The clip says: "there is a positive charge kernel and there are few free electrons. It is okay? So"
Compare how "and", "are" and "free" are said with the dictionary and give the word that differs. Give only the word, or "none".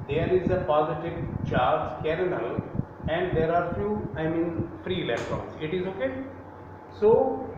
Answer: none